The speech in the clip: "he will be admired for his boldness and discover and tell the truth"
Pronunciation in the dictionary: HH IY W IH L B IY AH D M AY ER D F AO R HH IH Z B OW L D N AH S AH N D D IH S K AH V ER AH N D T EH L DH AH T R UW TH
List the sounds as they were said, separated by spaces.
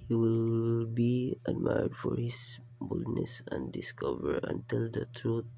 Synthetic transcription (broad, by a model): HH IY W IH L B IY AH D M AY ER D F AO R HH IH S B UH L D N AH S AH N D D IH S K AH V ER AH N T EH L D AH T R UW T